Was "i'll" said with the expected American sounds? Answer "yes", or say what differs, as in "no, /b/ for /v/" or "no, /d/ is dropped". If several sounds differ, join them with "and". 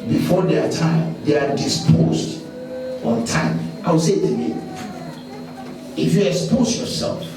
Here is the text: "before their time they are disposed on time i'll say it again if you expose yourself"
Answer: no, /w/ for /l/